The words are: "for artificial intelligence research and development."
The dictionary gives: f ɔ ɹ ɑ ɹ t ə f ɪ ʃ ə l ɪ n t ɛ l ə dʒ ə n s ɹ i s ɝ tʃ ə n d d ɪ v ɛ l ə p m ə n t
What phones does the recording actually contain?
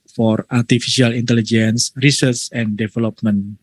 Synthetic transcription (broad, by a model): f ɔ ɹ ɑ ɹ t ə f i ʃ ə l ɪ n t ɛ l ə dʒ ə n s ɹ i s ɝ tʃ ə n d d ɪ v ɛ l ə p m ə n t